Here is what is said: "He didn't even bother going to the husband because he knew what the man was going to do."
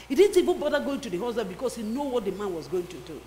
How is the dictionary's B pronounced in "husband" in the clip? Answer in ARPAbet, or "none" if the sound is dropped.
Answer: none